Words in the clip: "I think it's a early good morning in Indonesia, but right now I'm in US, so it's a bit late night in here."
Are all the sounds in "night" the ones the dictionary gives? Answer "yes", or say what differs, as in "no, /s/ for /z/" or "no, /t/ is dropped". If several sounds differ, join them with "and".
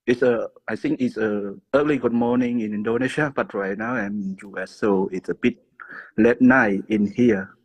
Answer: no, /t/ is dropped